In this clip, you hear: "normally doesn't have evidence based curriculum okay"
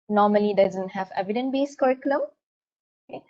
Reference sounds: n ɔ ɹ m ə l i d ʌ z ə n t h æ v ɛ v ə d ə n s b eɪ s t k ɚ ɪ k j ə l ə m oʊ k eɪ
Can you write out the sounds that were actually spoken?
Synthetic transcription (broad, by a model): n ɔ ɹ m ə l i d ʌ z ə n t h æ v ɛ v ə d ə n b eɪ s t k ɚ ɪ k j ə l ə m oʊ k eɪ